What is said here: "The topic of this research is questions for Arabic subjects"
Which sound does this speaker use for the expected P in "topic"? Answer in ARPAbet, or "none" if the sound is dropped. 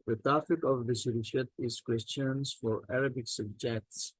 F